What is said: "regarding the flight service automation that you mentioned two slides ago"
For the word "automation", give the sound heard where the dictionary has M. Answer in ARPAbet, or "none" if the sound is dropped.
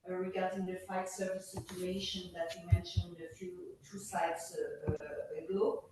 none